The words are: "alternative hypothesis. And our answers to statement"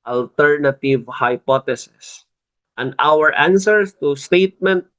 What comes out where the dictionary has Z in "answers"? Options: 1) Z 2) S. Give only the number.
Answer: 2